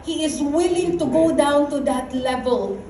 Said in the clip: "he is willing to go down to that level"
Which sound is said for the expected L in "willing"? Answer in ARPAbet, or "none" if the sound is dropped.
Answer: L